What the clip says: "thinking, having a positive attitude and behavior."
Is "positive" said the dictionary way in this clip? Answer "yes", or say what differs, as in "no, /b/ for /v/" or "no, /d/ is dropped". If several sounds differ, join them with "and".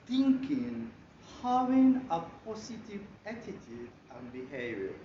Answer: no, /s/ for /z/